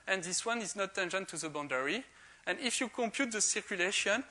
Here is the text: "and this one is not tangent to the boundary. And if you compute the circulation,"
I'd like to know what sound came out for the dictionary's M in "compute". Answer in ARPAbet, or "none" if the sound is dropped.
M